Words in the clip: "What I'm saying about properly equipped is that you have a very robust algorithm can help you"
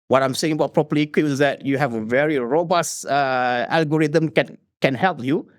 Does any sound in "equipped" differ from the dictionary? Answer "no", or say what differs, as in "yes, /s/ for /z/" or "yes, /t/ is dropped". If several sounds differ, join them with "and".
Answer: yes, /t/ is dropped